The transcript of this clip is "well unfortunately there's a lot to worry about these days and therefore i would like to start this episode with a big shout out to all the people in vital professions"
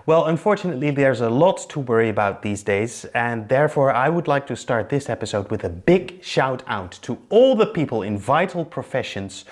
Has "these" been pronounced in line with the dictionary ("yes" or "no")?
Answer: yes